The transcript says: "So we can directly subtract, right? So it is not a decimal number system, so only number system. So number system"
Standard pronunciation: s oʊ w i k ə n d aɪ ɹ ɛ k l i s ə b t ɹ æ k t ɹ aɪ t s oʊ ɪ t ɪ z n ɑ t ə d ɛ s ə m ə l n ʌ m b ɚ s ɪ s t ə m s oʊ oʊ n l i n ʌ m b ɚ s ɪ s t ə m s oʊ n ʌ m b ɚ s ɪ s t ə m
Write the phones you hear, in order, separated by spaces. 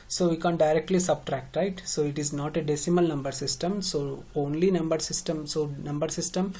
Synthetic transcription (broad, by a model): s oʊ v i k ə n d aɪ ɹ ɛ k l i s ə b t ɹ æ k t ɹ aɪ t s oʊ ɪ t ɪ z n ɑ t ə d ɛ s ə m ə l n ʌ m b ɚ s ɪ s t ə m s oʊ oʊ n l i n ʌ m b ɚ s ɪ s t ə m s oʊ n ʌ m b ɚ s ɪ s t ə m